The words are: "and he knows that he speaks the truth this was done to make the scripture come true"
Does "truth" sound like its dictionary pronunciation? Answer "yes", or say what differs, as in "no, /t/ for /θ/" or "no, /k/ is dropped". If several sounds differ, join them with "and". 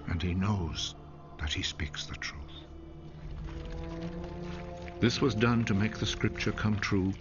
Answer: yes